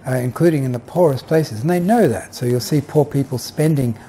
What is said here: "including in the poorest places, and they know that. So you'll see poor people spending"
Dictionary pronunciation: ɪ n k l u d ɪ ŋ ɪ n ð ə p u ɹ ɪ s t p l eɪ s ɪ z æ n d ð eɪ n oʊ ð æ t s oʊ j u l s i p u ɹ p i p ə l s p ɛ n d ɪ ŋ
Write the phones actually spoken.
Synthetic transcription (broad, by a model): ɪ n k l u d ɪ ŋ ɪ n ð ə p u ɹ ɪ s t p l eɪ s ɪ z n ð eɪ n oʊ ð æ t s oʊ j u l s i p u ɹ p i p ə l s p ɛ n d ɪ ŋ